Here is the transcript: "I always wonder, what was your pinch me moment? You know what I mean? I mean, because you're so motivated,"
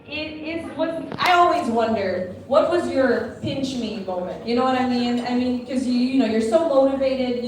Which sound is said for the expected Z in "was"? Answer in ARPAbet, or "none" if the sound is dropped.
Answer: Z